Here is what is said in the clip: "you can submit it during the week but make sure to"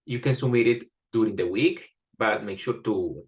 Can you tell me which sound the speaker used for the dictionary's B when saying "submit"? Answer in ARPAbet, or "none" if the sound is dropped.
none